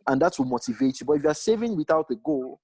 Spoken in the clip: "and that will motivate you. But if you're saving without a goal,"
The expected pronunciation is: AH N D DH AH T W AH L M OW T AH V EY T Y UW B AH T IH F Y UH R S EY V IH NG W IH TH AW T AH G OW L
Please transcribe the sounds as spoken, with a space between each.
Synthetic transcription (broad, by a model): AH N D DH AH T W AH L M OW T AH V EY T Y UW B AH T IH F Y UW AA S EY V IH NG W IH TH AW T AH G OW L